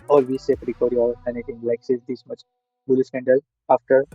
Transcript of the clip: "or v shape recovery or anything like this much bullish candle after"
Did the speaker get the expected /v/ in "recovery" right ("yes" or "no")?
no